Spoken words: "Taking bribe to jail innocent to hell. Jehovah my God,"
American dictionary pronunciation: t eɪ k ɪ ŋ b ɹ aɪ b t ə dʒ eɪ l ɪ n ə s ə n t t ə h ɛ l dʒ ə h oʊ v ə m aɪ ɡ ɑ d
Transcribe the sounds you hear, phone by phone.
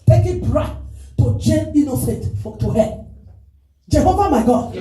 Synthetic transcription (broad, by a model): t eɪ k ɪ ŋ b ɹ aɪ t t ə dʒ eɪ n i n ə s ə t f t ə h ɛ dʒ ə h oʊ v ə m aɪ ɡ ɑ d